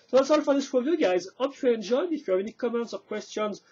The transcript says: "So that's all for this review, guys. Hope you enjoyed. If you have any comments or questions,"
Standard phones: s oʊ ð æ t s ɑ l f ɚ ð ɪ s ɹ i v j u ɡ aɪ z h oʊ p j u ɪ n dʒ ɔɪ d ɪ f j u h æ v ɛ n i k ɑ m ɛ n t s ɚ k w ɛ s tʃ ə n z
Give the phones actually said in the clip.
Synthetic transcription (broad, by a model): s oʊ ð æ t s ɑ l f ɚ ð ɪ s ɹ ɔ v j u ɡ aɪ z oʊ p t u ɪ n dʒ ɔɪ d ɪ f j u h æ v ɛ n i k ɑ m ɛ n t s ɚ k w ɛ s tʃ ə n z